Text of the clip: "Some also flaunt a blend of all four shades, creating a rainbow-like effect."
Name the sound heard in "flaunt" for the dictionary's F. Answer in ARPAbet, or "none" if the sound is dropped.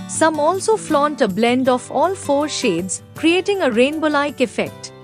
F